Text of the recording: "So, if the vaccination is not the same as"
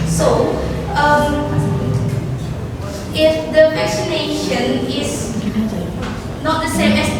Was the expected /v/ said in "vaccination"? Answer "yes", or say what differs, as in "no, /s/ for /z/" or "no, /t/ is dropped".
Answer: no, /f/ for /v/